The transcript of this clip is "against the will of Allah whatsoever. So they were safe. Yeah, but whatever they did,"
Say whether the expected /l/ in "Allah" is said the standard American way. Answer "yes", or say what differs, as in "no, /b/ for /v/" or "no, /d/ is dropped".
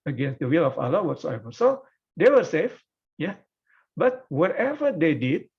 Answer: yes